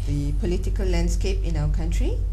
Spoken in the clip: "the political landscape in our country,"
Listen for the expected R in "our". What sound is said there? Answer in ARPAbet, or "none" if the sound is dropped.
W